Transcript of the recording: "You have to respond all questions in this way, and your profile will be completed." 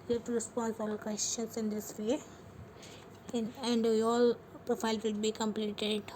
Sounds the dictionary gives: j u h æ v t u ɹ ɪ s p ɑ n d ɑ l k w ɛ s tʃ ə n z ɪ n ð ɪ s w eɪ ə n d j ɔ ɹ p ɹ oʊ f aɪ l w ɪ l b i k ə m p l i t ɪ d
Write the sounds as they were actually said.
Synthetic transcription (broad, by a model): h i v t u ɹ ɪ s p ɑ n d ɑ l k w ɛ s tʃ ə n s ɪ n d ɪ s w eɪ ə n d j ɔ l p ɹ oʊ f aɪ l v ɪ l b i k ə m p l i t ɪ d